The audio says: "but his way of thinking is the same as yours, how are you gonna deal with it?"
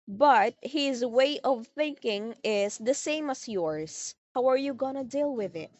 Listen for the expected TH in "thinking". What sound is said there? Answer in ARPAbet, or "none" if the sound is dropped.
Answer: TH